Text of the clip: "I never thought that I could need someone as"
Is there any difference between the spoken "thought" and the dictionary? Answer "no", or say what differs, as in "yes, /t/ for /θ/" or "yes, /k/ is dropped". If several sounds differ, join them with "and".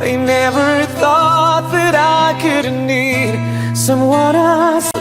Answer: no